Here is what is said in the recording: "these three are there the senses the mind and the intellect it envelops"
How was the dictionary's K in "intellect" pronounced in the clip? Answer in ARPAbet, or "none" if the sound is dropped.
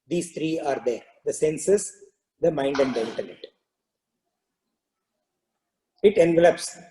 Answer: none